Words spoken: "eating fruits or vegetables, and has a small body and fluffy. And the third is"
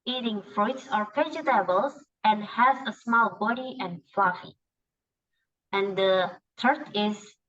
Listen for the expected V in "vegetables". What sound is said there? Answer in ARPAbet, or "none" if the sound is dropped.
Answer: P